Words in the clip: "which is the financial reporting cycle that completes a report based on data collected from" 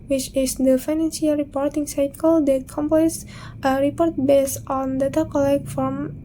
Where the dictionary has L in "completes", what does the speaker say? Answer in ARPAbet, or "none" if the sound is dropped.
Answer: none